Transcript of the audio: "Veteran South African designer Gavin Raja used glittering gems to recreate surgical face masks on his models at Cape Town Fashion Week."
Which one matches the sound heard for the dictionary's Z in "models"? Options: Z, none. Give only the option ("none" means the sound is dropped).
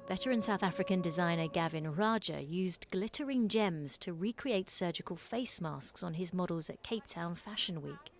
Z